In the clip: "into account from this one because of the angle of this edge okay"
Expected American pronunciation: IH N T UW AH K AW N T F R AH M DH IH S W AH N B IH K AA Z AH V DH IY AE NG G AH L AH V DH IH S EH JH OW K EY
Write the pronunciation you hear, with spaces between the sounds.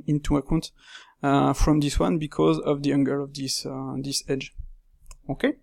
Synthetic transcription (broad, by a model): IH N T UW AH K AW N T F R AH M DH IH S W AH N B IH K AA Z AH V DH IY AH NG G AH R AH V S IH S EH JH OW K EY